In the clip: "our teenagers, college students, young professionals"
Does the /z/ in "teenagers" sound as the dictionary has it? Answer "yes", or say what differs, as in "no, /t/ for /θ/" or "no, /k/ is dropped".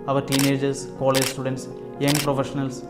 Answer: no, /s/ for /z/